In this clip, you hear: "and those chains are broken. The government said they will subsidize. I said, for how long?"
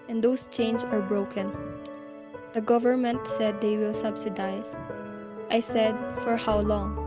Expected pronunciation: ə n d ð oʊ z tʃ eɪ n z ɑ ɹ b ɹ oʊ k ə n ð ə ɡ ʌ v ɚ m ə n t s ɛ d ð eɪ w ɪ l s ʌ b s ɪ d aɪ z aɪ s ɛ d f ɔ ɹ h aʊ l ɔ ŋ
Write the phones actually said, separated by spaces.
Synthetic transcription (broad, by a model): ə n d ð oʊ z tʃ eɪ n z ɑ ɹ b ɹ oʊ k ə n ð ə ɡ ʌ v ɚ m ə n t s ɛ d eɪ w ɪ l s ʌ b s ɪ d aɪ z aɪ s ɛ d f ɔ ɹ h aʊ l ɔ ŋ